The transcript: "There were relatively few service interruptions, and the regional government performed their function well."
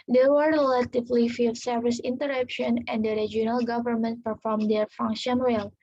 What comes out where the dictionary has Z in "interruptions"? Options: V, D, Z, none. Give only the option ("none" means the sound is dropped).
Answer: none